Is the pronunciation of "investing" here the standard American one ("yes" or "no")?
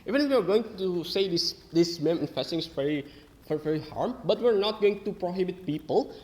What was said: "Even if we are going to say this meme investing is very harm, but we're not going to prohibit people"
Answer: no